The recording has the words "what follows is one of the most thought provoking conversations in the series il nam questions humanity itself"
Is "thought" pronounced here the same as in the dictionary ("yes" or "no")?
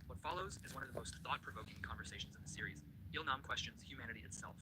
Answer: yes